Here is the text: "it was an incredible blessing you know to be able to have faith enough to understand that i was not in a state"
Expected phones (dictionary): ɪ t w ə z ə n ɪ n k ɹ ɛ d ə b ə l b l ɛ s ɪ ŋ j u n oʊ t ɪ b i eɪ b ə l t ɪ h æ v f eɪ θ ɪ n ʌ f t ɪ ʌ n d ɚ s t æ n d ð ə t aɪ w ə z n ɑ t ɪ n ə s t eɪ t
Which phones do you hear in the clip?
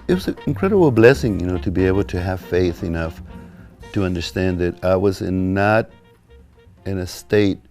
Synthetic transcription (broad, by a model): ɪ t w ə z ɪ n k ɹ ɛ d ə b l b l ɛ s ɪ ŋ j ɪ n oʊ t ɪ b i eɪ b l t ɪ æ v f eɪ θ ɪ n ʌ f t ɪ ʌ n d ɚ s t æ n ð ə t aɪ w ə z n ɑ t ɪ n ə s t eɪ t